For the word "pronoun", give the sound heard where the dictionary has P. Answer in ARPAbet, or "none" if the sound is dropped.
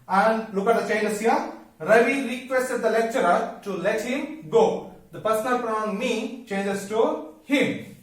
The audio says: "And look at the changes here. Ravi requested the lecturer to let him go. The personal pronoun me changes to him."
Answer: F